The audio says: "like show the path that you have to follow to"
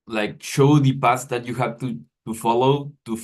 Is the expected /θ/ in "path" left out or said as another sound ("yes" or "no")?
yes